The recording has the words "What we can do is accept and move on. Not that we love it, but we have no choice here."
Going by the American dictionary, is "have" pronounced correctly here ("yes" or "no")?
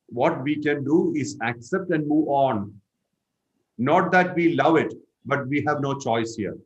yes